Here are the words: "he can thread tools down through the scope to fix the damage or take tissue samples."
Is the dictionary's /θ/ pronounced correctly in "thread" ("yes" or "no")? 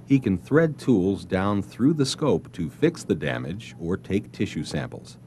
yes